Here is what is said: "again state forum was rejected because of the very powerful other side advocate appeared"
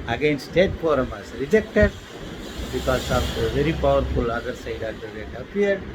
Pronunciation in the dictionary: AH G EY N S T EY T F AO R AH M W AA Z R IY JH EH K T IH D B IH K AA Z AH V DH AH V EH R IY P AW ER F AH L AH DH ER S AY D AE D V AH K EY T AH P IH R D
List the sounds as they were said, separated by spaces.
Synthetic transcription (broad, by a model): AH G EY N S T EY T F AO R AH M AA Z R IY JH EH K T IH D B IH K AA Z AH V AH V EH R IY P AW ER F AH L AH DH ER S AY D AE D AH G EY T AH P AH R D